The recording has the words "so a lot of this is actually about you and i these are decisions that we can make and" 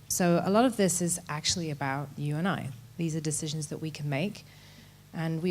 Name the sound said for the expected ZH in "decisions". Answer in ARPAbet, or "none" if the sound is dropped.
ZH